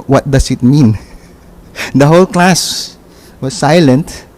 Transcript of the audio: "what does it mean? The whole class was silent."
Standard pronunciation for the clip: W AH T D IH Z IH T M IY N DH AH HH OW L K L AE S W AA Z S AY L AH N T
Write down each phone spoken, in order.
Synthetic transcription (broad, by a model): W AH T D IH S IH T M IY N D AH HH OW L K L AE S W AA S AY L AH N T